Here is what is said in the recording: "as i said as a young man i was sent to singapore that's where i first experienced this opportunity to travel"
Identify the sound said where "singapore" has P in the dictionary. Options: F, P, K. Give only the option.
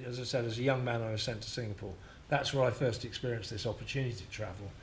P